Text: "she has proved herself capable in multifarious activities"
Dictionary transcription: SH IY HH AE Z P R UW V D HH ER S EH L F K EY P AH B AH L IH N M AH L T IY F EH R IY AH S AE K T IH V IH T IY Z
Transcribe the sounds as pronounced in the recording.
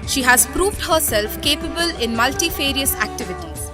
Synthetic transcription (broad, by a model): SH IY HH AE Z P R UW V D HH ER S EH L F K EY P AH B AH L IH N M AH L T IY F EH R IY AH S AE K T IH V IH T IY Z